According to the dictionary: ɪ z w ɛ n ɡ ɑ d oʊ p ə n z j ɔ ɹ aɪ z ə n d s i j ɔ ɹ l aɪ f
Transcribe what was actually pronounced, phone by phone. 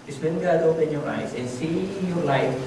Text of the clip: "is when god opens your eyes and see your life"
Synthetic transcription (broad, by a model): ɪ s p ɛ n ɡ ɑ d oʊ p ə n j ɔ ɹ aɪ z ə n s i j ɔ ɹ l aɪ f